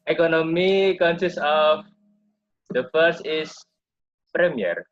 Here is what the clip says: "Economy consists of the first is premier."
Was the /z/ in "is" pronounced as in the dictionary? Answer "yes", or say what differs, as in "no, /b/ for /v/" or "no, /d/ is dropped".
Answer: no, /s/ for /z/